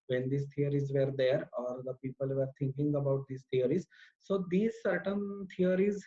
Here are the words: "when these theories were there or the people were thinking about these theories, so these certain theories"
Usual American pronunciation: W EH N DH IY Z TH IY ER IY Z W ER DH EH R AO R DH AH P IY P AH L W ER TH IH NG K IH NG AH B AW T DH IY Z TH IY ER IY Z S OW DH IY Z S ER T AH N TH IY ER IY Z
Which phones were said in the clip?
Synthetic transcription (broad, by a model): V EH N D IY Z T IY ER IY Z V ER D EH R AO R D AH P IY P AH L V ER T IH NG K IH NG AH B AW T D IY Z T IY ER IY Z S OW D IY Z S ER T AH N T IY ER IY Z